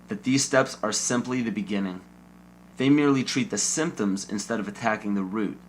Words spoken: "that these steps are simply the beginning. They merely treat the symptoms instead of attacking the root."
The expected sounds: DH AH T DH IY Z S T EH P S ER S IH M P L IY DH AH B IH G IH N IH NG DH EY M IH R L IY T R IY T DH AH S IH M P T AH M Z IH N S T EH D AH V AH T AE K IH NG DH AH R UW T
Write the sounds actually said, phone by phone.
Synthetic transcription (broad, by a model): DH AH T DH IY Z S T EH P S ER S IH M P L IY DH AH B IH G IH N IH NG DH EY M IH R L IY T R IY T DH AH S IH M P T AH M Z IH N S T EH D AH V AH T AE K IH NG DH AH R UW T